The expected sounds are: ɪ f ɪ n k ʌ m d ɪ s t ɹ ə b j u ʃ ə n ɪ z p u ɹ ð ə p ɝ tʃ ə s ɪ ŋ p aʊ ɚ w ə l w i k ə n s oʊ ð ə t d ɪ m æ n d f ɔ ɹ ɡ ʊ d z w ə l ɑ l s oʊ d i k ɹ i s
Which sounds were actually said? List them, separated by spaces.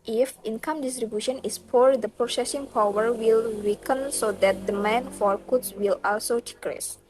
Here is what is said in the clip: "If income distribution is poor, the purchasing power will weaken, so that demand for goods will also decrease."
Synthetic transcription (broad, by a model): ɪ f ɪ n k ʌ m d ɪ s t ɹ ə b j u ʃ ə n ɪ s p u ɹ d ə p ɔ s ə s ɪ ŋ p aʊ ɚ w ə l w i k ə n s oʊ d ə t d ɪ m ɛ n f ɔ ɹ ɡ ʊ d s w ə l ɑ l s oʊ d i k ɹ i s